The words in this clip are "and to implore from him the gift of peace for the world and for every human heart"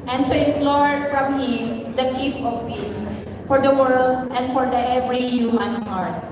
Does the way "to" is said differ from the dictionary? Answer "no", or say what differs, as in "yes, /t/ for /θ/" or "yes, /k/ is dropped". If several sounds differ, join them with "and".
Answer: yes, /s/ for /t/